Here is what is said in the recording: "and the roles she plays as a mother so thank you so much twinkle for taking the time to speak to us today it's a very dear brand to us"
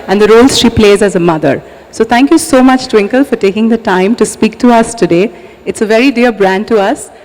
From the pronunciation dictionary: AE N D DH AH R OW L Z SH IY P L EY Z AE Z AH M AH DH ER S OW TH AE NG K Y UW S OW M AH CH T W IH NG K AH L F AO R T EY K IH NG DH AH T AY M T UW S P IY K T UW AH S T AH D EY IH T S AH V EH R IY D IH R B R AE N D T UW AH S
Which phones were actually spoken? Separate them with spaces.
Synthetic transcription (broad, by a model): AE N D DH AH R OW L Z SH IY P L EY Z AE Z AH M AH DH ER S OW T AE NG K Y UW S OW M AH CH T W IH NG K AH L F AO R T EY K IH NG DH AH T AY M T UW S P IY K T UW AH S T AH D EY IH T S AH V EH R IY D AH R B R AE N D T UW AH S